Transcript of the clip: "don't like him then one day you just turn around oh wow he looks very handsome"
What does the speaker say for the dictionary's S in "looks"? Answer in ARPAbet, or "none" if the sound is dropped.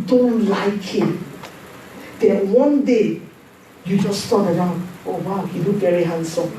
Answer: none